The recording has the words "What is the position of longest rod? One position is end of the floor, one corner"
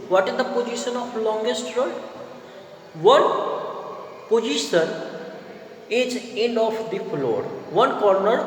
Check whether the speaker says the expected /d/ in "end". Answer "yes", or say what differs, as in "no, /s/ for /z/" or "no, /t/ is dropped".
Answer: no, /d/ is dropped